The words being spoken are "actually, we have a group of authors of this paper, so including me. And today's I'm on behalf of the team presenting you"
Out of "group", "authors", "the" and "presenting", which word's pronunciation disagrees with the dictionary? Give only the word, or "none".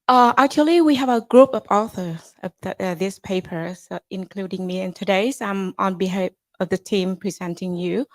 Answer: none